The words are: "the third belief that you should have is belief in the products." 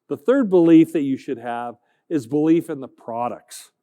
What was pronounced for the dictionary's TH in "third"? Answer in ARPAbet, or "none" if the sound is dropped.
TH